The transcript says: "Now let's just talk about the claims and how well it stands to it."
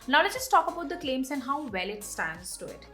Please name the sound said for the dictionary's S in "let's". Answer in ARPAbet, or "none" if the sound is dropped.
none